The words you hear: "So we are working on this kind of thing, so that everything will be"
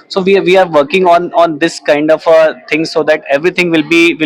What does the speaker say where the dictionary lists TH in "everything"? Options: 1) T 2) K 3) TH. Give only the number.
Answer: 1